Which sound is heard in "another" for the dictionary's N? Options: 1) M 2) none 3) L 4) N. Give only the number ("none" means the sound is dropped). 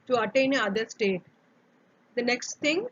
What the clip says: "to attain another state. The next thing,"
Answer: 2